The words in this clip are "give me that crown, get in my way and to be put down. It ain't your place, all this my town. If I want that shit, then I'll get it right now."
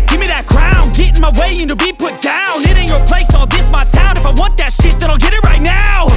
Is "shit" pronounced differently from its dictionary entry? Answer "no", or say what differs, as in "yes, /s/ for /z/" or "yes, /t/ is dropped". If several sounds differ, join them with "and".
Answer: no